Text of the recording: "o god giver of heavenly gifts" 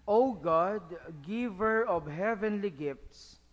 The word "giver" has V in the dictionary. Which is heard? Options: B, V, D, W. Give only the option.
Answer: V